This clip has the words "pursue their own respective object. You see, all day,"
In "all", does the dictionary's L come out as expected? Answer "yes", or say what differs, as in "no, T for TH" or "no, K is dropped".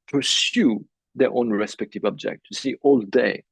yes